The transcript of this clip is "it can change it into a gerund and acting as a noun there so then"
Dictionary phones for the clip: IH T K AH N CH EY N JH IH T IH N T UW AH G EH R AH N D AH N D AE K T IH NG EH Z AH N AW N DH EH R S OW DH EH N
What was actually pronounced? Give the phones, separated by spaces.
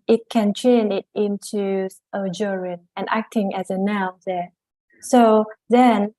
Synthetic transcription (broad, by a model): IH T K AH N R EY N IH T IH N T UW AH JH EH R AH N AH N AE K T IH NG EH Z AH N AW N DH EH S OW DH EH N